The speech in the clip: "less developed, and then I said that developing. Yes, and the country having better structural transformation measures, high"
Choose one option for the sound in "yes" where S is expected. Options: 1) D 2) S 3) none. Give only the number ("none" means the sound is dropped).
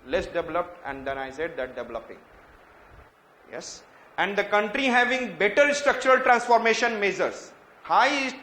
2